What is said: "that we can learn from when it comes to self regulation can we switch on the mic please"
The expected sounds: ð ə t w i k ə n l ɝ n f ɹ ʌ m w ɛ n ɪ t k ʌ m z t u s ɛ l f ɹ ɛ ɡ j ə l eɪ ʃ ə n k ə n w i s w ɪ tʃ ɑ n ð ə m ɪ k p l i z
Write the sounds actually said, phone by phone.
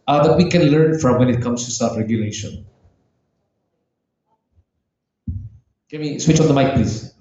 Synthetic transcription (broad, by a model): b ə t w i k ə n l ɝ n f ɹ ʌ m w ɛ n ɪ t k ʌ m s t u s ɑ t ɹ ɛ ɡ j ə l eɪ ʃ ə n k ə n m i s w ɪ tʃ ɑ n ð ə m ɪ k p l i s